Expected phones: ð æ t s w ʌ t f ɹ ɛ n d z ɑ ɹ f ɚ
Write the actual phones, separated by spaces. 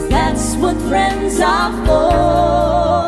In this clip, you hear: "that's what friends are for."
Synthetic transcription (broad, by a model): ð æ t s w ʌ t f ɹ ɛ n d z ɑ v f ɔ